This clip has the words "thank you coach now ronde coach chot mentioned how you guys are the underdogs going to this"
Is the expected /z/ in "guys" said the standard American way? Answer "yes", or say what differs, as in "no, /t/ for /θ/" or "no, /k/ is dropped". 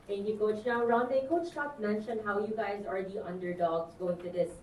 yes